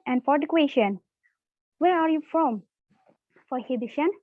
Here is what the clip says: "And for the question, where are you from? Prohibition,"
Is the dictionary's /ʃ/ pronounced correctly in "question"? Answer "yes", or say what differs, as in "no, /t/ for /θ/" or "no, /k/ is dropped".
yes